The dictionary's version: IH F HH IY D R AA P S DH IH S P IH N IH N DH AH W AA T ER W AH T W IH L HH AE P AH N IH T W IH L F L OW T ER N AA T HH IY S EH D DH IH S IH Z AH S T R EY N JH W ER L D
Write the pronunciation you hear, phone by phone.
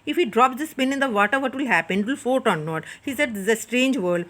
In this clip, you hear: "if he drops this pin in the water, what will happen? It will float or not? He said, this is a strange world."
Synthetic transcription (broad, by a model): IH F HH IY D R AA P S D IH S P IH N IH N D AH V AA T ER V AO T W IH L HH AE P AH N IH T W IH L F OW T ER N AA T HH IY S EH D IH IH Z AH S T R EY N JH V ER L D